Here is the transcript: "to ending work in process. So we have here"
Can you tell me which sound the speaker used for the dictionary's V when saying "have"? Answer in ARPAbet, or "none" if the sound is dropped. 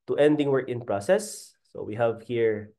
V